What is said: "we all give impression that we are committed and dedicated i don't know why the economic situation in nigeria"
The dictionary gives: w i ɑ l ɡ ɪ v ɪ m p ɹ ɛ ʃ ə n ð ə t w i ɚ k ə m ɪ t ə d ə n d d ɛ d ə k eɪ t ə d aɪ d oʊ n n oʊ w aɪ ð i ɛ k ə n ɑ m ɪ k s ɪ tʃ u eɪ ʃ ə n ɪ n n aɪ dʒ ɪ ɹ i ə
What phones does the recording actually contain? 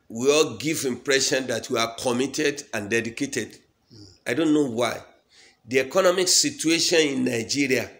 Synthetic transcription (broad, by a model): w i ɑ l ɡ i v ɪ m p ɹ ɛ ʃ ə n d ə t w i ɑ k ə m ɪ t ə d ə n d d ɛ d ə k eɪ t ə d aɪ d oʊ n n oʊ w aɪ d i ɛ k ə n ɑ m ɪ k s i tʃ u eɪ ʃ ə n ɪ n n aɪ dʒ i ɹ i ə